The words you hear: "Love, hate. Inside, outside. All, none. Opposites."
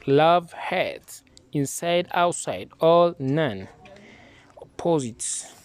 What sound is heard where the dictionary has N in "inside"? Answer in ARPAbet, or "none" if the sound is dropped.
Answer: N